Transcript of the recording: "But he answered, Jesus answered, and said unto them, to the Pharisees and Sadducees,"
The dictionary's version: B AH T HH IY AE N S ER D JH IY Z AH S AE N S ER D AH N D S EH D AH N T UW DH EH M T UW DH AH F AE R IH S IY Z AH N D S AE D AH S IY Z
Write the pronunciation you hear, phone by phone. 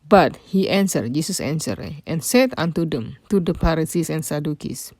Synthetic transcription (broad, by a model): B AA T HH IY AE N S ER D JH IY S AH S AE N S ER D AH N S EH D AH N T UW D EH M T UW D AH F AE R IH S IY S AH N S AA D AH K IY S